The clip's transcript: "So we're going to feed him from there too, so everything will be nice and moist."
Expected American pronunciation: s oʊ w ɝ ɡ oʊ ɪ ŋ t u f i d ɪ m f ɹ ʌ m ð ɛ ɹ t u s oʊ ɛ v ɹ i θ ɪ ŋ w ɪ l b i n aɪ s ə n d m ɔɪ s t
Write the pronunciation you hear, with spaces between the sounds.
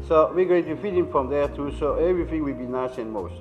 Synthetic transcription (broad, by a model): s oʊ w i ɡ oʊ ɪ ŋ t u f i d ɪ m f ɹ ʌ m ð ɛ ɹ t u s oʊ ɛ v ɹ i θ ɪ ŋ w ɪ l b i n aɪ s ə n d m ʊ s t